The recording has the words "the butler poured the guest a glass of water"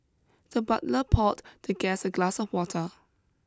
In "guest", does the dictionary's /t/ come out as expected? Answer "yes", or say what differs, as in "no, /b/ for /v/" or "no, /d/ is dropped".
no, /t/ is dropped